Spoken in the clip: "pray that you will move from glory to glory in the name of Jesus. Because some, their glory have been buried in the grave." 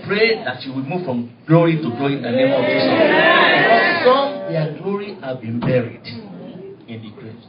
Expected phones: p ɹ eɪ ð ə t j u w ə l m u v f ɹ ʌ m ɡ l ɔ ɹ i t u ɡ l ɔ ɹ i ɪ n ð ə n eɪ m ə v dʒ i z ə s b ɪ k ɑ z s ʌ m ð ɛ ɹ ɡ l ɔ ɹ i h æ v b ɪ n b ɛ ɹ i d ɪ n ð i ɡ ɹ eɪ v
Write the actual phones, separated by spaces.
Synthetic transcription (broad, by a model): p ɹ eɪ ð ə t j u w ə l m u v f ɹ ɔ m ɡ l ɔ ɹ i t u ɡ l ɔ ɹ i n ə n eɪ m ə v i s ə b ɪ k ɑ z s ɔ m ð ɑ ɡ l ɔ ɹ i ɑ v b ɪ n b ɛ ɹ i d ɪ n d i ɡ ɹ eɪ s